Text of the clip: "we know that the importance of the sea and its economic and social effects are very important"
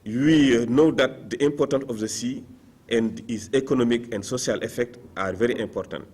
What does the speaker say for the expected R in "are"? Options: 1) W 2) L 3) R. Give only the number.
3